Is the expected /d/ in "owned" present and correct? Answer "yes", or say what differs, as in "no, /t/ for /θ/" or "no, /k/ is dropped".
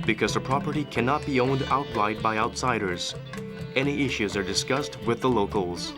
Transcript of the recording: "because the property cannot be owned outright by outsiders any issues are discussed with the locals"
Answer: yes